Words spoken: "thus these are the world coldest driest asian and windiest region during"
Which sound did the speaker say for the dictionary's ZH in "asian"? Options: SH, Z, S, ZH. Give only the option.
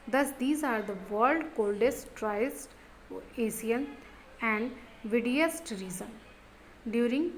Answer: S